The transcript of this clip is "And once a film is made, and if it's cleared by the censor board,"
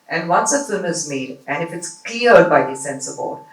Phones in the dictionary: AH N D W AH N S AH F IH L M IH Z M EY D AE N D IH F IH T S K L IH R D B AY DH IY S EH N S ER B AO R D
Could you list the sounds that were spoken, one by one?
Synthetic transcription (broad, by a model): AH N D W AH N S AH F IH M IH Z M EY D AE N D IH F IH T S K L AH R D B AY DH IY S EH N S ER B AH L